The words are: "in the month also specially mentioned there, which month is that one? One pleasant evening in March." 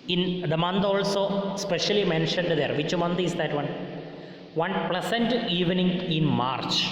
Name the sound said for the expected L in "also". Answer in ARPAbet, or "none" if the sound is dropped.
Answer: L